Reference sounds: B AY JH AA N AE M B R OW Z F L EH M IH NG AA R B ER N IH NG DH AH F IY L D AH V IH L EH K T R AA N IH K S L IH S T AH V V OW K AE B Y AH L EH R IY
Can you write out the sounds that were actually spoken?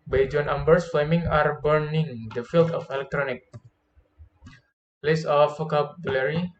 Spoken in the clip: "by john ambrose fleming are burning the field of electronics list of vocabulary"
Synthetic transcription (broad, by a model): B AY JH AA N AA M B R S F L EH M IH NG AA R B ER N IH NG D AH F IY L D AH F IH L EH K T R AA N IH K L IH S AH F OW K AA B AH L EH R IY